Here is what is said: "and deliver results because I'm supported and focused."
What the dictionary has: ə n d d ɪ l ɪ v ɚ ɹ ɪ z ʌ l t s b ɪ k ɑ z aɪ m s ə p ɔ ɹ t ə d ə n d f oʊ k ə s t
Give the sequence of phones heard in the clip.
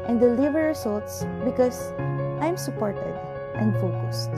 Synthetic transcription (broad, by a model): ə n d d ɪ l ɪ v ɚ ɹ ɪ s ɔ l t s b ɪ k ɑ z aɪ m s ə p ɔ ɹ t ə d ə n d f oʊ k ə s t